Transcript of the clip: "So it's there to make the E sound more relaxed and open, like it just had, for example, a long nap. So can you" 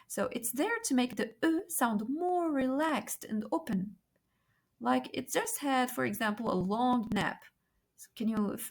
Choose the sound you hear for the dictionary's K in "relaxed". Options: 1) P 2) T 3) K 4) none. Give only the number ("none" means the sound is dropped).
3